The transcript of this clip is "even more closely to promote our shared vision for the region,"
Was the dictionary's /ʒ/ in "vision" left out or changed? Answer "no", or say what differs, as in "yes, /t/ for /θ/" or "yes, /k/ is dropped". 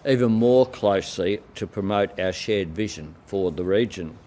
no